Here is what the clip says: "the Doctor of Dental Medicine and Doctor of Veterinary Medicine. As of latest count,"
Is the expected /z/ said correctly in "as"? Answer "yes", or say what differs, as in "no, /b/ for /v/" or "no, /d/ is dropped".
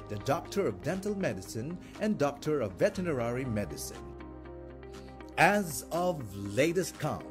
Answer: yes